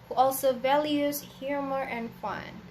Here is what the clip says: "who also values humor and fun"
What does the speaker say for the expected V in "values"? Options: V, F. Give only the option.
V